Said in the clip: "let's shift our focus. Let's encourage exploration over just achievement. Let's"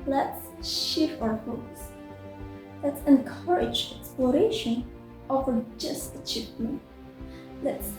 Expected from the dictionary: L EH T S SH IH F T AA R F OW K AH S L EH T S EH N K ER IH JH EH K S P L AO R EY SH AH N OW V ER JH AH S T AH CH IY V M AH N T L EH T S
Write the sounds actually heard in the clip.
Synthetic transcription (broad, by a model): L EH T S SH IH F AA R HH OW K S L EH T S EH N K ER IH JH EH K S P L AO R EY SH AH N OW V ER JH AH S T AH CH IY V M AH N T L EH T S